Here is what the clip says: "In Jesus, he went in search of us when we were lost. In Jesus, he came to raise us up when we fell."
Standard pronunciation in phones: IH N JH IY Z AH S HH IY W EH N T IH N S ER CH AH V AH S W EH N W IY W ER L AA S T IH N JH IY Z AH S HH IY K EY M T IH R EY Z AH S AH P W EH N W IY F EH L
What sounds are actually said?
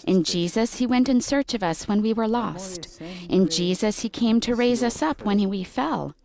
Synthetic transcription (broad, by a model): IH N JH IY Z AH S HH IY W EH N T IH N S ER CH AH V AH S W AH N W IY W ER L AA S T IH N JH IY Z AH S HH IY K EY M T IH R EY Z AH S AH P W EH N W IY F EH L